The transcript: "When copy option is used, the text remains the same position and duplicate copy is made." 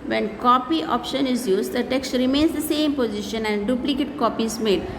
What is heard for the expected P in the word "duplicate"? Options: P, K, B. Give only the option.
P